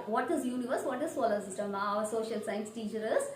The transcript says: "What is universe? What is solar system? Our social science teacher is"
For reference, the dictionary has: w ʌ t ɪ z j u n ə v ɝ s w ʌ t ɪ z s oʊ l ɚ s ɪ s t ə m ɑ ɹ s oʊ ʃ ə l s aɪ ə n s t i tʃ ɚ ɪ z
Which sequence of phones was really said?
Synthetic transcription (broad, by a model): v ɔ t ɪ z j u n ə v ɝ s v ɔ t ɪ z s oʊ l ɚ s ɪ s t ə m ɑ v s oʊ ʃ ə l s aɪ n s t i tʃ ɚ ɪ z